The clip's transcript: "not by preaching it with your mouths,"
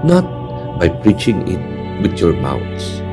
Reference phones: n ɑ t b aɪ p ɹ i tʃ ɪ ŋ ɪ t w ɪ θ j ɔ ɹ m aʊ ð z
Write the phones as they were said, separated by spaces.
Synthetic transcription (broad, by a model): n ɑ t b aɪ p ɹ i tʃ ɪ ŋ ɪ t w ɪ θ j ɔ ɹ m aʊ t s